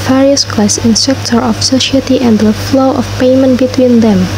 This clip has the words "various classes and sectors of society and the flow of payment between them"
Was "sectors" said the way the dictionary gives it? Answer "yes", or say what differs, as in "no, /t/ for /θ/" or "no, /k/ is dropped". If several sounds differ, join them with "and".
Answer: no, /z/ is dropped